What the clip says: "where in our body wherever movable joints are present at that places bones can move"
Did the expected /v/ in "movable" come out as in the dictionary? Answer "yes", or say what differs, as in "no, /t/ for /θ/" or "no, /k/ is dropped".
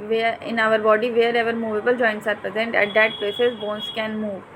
yes